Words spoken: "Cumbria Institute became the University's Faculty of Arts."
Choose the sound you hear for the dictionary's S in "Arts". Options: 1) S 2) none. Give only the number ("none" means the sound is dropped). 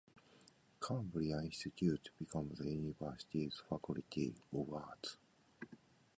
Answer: 2